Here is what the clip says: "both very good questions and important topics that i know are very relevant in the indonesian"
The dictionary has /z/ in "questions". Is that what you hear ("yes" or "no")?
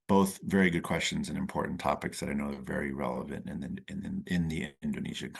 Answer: yes